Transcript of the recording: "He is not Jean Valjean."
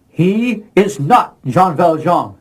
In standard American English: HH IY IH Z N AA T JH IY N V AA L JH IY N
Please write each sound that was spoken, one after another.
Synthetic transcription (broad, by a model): HH IY IH Z N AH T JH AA N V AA L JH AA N